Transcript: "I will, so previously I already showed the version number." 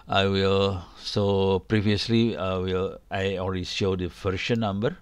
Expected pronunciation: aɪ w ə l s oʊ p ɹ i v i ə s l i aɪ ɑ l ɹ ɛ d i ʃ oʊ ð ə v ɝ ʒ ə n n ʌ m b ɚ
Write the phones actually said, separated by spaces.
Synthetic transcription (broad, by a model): aɪ w ə l s oʊ p ɹ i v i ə s l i aɪ ɑ l ɹ ɛ d i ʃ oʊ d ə f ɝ ʃ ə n n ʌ m b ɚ